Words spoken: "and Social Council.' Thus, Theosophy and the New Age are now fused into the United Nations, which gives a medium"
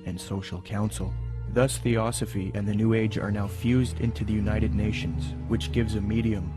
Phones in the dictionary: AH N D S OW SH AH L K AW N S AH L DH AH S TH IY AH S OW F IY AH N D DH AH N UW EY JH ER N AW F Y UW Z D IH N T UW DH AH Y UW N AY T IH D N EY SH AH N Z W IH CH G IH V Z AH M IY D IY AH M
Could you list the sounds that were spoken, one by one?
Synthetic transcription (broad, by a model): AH N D S OW SH L K AW N S L DH AH S TH IY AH S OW F IY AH N DH AH N UW EY JH ER N AW F Y UW Z D IH N T UW DH AH Y UW N AY T IH D N EY SH AH N Z W IH CH G IH V Z AH M IY D IY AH M